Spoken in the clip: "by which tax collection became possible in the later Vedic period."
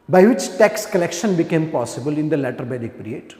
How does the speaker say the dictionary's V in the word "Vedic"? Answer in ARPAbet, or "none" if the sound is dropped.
B